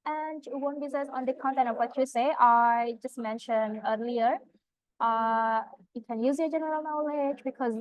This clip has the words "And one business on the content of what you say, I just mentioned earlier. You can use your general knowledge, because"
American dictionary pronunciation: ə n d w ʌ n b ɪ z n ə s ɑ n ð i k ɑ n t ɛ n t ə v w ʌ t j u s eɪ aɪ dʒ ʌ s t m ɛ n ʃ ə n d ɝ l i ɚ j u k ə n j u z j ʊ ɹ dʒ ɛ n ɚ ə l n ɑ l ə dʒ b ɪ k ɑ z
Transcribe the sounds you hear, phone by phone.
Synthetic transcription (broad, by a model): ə n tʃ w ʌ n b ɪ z ə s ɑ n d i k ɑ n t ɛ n ə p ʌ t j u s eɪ aɪ dʒ ʌ s t m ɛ n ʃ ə n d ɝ l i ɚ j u k ə n j u z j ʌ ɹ dʒ ɛ n ɚ ə l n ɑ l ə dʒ b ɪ k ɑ z